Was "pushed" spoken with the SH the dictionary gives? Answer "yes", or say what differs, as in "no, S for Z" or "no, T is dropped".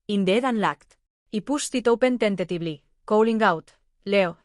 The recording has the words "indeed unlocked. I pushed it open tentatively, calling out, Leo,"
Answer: no, S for SH